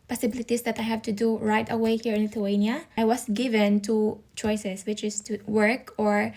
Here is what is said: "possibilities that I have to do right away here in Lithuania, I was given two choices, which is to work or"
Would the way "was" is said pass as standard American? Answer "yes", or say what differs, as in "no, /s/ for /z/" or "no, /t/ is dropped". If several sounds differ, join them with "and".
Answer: no, /s/ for /z/